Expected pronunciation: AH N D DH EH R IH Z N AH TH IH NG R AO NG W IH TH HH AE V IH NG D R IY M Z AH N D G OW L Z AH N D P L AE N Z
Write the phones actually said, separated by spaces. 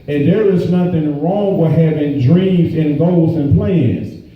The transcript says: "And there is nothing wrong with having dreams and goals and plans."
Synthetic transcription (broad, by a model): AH N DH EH R IH Z N AH TH IH NG R AO NG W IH HH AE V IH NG D R IY M Z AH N G OW L Z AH N P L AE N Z